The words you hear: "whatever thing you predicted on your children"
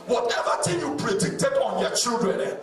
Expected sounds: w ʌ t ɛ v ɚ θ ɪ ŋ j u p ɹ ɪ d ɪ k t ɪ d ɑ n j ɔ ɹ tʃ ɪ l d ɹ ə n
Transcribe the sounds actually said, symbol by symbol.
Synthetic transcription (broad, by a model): w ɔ t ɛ v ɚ t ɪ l j u p ɹ ɪ d ɪ k t ɪ d ɑ n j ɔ tʃ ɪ l d ɹ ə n